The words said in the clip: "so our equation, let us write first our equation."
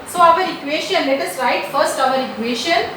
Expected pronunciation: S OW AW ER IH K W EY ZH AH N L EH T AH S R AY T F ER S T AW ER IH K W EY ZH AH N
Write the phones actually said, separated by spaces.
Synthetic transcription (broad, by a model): S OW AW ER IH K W EY SH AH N L EH T AH S R AY T F ER S T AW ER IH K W EY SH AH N